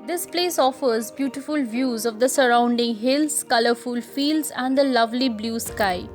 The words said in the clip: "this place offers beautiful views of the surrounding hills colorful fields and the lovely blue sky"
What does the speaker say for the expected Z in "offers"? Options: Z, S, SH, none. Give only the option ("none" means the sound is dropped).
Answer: Z